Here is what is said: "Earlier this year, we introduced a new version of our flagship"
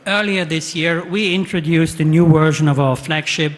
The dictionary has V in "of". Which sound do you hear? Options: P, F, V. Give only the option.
V